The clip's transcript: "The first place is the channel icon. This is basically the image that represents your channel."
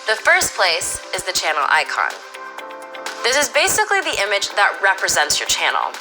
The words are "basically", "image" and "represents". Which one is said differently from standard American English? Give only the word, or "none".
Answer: none